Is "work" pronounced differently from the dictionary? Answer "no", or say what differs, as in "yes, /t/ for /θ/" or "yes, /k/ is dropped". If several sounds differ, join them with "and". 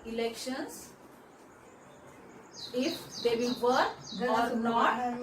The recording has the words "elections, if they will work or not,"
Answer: yes, /k/ is dropped